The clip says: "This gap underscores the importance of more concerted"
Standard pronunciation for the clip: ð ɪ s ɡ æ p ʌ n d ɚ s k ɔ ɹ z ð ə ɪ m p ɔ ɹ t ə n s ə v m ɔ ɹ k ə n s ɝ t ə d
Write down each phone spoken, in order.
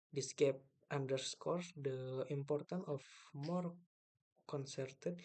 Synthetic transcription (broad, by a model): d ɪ s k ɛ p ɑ n d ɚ s k ɔ ɹ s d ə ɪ m p ɔ ɹ t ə n ə f m ɔ ɹ k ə n s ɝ t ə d